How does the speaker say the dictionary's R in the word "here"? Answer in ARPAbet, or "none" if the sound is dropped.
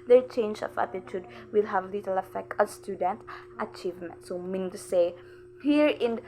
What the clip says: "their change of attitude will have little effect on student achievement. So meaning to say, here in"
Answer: R